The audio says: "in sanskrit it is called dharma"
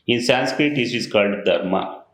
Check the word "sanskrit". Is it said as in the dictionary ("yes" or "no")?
yes